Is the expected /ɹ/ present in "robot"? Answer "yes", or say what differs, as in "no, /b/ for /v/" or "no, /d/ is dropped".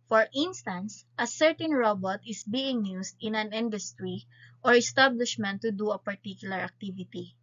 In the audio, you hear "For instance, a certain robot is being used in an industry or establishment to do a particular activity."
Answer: yes